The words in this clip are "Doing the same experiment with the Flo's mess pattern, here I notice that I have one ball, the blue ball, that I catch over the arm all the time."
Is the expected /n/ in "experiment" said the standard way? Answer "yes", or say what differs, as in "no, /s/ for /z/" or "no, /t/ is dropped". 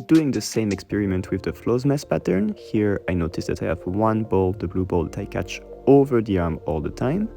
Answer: yes